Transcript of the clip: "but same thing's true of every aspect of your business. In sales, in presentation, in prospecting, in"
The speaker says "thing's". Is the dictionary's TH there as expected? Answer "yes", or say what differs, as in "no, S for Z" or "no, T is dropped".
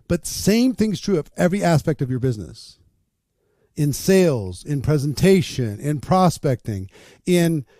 yes